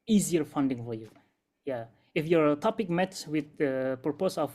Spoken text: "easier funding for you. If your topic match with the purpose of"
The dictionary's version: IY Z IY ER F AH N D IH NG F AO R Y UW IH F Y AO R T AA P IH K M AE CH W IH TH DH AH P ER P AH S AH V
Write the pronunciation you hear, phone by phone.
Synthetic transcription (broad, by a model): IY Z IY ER F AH N D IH NG F AO R Y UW IH F Y AO R T AA P IH K M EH S W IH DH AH P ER P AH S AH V